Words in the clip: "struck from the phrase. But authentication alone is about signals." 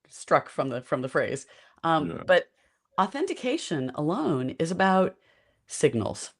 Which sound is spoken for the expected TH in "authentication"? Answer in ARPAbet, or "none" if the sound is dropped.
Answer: TH